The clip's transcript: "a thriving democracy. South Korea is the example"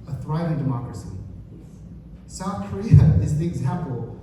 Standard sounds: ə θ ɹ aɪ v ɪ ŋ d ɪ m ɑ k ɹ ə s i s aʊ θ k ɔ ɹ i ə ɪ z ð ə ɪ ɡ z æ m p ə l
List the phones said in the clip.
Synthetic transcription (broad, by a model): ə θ ɹ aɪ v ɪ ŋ d ɪ m ɑ k ɹ ə s i s aʊ θ k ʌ ɹ i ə ɪ z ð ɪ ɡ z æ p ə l